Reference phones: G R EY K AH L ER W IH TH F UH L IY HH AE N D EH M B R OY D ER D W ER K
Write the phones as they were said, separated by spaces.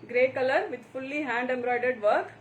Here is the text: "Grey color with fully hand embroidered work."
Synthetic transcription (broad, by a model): G R EY K AH L ER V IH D F UH L IY HH AE N D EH M B R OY D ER D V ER K